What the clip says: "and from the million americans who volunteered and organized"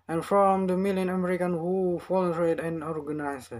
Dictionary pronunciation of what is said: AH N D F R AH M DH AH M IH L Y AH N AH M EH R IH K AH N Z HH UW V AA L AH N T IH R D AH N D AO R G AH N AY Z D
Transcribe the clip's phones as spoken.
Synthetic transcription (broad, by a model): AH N F R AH M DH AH M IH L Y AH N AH M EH R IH K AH N HH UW F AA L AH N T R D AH N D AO R G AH N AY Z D